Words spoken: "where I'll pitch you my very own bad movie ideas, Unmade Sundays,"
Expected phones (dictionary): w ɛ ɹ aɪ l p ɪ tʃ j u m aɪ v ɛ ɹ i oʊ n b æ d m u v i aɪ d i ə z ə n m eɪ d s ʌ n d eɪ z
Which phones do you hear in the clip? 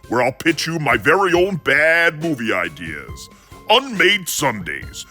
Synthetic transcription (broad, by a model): w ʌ ɹ aɪ l p ɪ tʃ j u m aɪ v ɛ ɹ i oʊ n b æ d m u v i aɪ d i ə z ə n m eɪ d s ʌ n d eɪ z